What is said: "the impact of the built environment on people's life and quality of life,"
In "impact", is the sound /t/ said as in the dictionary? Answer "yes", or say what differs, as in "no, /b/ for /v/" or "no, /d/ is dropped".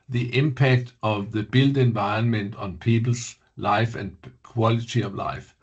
yes